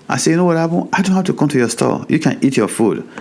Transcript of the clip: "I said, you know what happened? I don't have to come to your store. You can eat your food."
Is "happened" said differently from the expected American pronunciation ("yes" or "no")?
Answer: yes